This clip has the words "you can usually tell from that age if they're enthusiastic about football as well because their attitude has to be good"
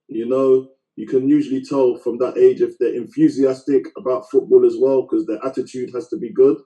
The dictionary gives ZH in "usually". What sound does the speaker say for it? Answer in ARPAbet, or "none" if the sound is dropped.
ZH